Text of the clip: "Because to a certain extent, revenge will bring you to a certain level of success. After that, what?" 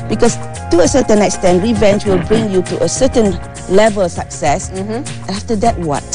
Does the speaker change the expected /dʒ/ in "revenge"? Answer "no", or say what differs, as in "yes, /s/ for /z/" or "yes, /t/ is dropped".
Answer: yes, /tʃ/ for /dʒ/